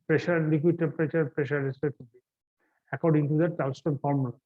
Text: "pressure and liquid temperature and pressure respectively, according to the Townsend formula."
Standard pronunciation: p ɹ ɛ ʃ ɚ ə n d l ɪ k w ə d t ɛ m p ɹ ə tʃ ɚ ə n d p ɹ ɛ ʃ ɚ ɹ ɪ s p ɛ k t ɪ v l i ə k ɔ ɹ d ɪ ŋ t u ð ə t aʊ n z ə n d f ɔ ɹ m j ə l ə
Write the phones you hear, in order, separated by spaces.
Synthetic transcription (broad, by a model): p ɹ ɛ ʃ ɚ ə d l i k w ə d t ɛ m p ɹ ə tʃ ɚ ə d p ɹ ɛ ʃ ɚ ɹ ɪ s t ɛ t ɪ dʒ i ə k ɔ ɹ d ɪ ŋ t u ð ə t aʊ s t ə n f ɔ ɹ m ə l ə